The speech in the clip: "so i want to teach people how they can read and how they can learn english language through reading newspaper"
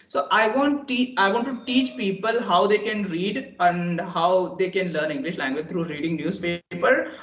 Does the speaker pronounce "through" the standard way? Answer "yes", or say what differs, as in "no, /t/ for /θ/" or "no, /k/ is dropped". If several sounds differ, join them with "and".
no, /t/ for /θ/